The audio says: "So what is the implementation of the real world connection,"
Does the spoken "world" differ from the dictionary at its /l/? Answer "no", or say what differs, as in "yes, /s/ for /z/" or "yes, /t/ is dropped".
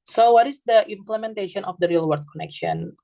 yes, /l/ is dropped